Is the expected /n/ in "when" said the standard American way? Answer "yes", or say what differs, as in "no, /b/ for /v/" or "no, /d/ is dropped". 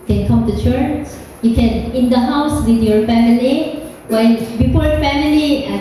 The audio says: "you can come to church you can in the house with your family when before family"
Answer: no, /l/ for /n/